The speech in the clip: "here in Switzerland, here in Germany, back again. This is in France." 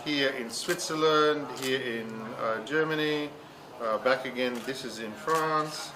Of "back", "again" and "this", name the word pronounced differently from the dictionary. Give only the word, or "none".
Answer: none